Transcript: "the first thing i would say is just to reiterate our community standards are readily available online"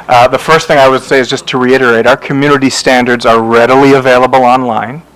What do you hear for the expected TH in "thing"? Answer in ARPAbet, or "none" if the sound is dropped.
TH